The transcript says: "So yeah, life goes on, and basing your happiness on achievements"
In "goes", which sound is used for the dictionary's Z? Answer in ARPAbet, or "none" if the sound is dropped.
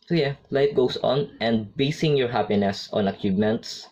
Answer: S